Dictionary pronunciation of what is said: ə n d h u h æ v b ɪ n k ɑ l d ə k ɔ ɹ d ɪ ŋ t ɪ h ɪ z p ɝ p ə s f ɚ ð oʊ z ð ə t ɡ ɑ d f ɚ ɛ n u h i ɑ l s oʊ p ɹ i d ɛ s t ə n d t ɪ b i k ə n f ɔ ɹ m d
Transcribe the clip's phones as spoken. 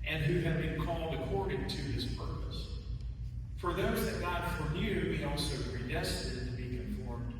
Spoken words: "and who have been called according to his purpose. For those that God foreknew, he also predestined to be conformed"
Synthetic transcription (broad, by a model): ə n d h u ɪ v b ɪ n k ɑ l d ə k ɔ ɹ d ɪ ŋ t ɪ ɪ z p ɝ p ə s f ɚ ð oʊ z ð ə t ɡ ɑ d f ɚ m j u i ɑ l s oʊ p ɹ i d ɛ s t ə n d t ɪ b i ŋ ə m f ɔ ɹ m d